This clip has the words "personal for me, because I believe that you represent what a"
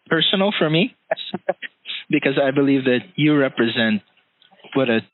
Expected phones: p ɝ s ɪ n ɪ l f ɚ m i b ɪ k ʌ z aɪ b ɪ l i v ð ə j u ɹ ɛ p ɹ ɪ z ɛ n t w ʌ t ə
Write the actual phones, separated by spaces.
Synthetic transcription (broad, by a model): p ɝ s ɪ n l f ɚ m i b ɪ k ʌ z aɪ b ɪ l i v ð ə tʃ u ɹ ɛ p ɹ ɪ z ɛ n t w ʌ t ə